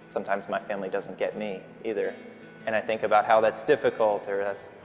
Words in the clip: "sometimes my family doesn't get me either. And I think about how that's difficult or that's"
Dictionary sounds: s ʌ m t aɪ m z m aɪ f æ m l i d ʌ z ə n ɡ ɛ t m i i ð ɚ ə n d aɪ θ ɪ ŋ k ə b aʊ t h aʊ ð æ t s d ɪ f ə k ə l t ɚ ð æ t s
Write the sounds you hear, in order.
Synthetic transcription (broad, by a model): s ʌ m t aɪ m z m aɪ f æ m l i d ʌ z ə n ɡ ɛ t m i i ð ɚ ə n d aɪ θ ɪ ŋ k ə b aʊ t h aʊ ð æ t s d ɪ f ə k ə l t ɚ ð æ t s